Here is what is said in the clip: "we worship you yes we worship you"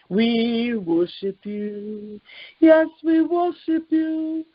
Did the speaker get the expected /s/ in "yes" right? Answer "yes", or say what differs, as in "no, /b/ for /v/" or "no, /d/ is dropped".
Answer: yes